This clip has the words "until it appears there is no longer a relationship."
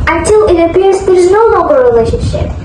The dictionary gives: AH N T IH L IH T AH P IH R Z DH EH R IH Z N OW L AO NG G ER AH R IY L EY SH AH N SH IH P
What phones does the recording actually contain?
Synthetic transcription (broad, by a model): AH N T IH L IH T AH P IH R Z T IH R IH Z N OW N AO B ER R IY L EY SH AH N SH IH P